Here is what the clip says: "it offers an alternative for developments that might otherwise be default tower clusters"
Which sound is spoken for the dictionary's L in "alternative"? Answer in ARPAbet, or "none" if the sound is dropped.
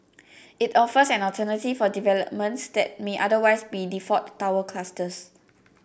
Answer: none